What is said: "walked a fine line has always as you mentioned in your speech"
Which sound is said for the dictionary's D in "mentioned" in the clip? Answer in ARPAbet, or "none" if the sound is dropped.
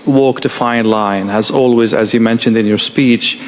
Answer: D